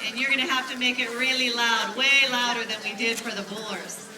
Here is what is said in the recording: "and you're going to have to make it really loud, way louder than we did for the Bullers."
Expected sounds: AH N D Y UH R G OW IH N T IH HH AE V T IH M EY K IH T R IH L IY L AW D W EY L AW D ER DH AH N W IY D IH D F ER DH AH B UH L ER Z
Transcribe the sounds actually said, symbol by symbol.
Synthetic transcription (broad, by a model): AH N Y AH R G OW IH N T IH HH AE F T IH M EY K IH T R IH L IY L AW D W EY L AW D ER DH AH N W IY D IH D F ER DH AH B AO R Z